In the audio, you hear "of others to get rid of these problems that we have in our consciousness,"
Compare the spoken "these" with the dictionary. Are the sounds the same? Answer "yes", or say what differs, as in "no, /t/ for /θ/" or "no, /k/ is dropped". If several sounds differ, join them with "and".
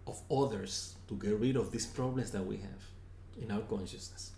no, /s/ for /z/